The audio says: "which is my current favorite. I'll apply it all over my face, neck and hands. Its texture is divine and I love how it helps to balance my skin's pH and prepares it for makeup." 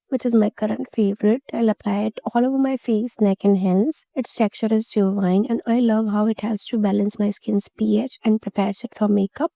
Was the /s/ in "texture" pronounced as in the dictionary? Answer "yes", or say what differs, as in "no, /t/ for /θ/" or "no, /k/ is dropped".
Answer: no, /s/ is dropped